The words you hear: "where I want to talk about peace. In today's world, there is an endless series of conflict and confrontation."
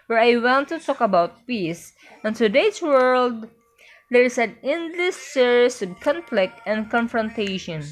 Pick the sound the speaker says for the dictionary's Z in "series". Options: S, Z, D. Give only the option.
S